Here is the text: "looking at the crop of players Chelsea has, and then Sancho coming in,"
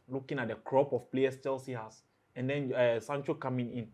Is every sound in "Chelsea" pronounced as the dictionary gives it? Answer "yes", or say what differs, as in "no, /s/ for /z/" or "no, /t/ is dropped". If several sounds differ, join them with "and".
yes